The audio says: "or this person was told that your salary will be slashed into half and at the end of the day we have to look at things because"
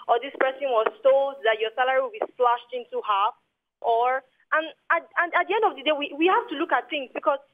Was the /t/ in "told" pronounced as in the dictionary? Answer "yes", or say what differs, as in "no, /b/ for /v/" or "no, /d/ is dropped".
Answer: no, /s/ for /t/